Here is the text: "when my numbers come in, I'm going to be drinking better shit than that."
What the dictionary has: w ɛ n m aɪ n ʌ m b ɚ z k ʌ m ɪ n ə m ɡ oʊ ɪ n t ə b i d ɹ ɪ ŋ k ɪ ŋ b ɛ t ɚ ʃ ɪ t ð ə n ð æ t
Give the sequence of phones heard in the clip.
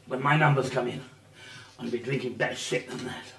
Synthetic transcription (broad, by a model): w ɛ n m aɪ n ʌ m b ɚ z k ʌ m ɪ n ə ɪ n b i d ɹ ɪ ŋ k ɪ ŋ b ɛ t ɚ s ɪ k ð ə n ð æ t